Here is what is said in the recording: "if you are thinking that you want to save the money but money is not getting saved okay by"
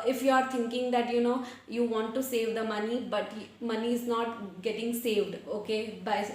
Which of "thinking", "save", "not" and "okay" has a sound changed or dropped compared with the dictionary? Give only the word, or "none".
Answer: thinking